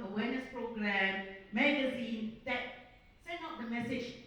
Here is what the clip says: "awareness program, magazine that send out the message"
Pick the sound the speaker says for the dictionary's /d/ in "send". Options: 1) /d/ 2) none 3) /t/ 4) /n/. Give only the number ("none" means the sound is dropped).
2